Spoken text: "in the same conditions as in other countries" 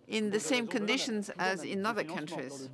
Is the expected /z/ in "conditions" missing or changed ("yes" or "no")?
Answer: no